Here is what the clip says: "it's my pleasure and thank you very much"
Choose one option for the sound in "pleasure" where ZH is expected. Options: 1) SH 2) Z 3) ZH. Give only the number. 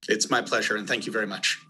3